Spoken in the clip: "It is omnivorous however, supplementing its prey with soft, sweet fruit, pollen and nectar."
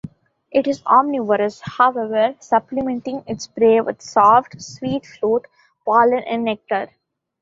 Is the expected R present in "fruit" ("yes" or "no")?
no